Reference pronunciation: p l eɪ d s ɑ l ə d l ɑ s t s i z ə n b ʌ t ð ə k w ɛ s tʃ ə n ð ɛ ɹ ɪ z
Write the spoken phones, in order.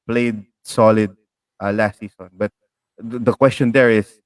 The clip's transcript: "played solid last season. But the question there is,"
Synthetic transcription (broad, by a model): p l eɪ d s ɑ l ə d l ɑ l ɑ s i s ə n b ʌ t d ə k w ɛ s tʃ ə n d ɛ ɹ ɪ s